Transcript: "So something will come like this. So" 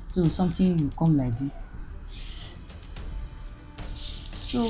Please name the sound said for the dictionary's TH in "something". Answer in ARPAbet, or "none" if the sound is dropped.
T